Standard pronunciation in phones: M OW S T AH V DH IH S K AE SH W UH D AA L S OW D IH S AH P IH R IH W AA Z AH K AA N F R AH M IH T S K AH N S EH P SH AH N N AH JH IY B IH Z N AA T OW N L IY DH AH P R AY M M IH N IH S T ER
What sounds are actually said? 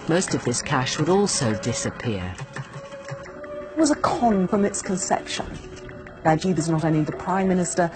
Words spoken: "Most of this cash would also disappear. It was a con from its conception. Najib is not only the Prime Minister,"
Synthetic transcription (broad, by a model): M OW S T AH V DH IH S K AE SH W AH D AA L S OW D IH S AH P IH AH IH W AA Z AH K AA N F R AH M IH T S K AH N S EH P SH AH N L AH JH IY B IH Z N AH T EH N IY DH AH P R AY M M IH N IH S T ER